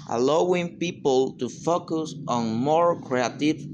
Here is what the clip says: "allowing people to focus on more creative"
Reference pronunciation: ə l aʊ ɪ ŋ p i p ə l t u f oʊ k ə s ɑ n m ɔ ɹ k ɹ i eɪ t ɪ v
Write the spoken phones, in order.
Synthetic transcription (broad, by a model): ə l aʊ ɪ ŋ p i p ə l t u f oʊ k ə s ɑ n m ɔ ɹ k ɹ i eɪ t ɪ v